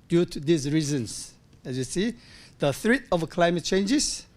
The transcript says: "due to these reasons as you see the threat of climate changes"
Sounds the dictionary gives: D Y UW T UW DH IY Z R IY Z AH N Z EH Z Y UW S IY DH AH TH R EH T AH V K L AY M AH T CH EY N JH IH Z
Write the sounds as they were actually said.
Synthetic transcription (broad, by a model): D Y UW T UW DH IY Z R IY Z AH N S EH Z Y UW S IY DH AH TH R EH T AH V K L AY M AH T CH EY N JH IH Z